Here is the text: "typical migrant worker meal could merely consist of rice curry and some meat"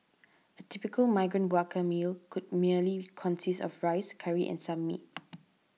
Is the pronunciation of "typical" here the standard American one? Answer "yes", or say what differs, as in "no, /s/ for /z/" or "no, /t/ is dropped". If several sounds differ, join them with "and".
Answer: yes